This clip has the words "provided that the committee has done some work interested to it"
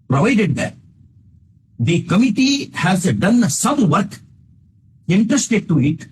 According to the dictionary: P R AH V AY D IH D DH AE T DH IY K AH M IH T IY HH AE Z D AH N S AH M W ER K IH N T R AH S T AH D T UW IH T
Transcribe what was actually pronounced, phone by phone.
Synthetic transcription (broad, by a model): P R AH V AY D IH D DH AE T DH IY K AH M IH T IY HH AE Z D AH N S AH M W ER K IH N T AH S T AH T UW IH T